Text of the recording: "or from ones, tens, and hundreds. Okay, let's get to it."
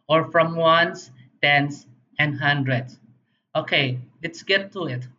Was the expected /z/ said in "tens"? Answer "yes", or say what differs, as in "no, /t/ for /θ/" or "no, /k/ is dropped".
no, /s/ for /z/